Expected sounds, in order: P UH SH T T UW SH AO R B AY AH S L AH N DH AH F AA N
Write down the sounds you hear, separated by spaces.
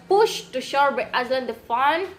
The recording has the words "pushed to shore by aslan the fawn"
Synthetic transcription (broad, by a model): P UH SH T T UW SH AO R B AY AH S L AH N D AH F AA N